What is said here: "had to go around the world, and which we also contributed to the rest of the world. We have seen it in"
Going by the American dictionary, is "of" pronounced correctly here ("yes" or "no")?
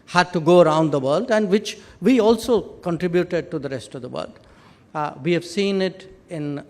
yes